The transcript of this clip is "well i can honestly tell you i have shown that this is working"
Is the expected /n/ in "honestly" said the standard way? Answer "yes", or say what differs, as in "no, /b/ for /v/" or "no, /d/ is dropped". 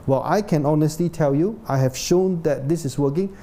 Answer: yes